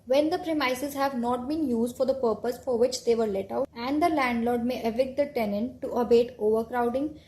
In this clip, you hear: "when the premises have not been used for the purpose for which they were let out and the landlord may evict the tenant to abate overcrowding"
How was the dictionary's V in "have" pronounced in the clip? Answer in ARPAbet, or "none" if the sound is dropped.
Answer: V